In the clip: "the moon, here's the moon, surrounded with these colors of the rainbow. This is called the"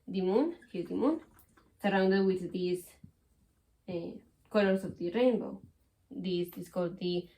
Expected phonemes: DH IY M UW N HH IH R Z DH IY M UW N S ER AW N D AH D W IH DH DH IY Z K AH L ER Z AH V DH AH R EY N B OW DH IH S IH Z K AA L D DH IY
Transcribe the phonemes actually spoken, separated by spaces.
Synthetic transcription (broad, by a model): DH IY M UW N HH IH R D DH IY M UW N S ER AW N D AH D W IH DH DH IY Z K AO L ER S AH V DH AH R EY N B OW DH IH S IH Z K AA L D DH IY